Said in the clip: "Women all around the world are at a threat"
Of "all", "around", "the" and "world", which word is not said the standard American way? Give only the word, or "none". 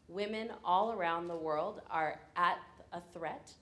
none